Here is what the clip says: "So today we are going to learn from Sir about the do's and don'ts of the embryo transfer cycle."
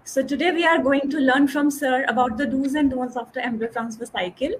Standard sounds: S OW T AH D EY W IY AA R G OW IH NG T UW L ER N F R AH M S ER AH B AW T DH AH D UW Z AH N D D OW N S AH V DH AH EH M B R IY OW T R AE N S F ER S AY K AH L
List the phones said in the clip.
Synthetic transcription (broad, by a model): S OW T AH D EY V IY AA R G OW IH NG T UW L ER N F R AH M S ER AH B AW T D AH D UW Z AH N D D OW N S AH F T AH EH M R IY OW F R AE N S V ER S AY K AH L